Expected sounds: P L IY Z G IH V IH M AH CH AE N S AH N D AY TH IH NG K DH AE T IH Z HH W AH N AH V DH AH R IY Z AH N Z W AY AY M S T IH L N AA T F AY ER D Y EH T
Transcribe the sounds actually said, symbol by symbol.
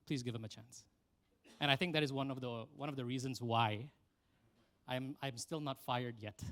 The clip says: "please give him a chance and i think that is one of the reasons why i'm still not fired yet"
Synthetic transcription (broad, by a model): P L IY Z G IH V IH M AH CH AE N S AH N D AY TH IH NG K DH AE T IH Z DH W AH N AH V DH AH R IY Z AH N Z W AY AY M S T IH L N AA T F AY ER D Y EH T